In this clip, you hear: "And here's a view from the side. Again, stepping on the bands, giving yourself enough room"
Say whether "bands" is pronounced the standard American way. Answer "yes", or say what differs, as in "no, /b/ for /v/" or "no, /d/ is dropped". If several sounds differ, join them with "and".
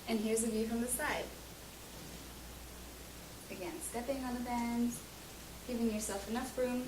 no, /z/ is dropped